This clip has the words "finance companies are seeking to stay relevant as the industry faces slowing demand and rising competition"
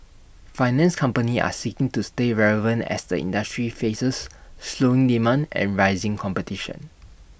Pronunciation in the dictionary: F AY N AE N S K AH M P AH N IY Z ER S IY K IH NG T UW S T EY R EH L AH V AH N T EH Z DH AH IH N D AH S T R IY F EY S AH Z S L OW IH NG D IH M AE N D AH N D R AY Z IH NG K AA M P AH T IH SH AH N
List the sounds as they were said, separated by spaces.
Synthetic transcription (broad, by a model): F AY N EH N S K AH M P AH N IY AA S IY K IH NG T UW S T EY R EH L AH V AH N T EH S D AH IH N D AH S T R IY F EY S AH S L OW IH NG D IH M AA N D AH N R AY Z IH NG K AA M P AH T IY SH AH N